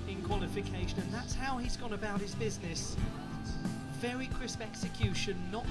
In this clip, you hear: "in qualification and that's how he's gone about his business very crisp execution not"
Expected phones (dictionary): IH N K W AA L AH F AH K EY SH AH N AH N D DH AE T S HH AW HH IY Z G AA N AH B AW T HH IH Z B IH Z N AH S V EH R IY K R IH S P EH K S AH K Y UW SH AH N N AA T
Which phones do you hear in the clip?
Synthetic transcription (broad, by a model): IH N K W AA L AH F AH K EY SH AH N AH N DH AE T S HH AW IY Z G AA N AH B AW T HH IH Z B IH Z N AH S V EH R IY K R IH S P EH K S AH K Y UW SH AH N N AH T